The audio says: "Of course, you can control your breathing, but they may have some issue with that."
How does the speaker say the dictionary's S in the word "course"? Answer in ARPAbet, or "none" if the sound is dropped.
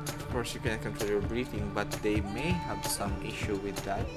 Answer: S